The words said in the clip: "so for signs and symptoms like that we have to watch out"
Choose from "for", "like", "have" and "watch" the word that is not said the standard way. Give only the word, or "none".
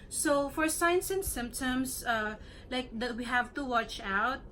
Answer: none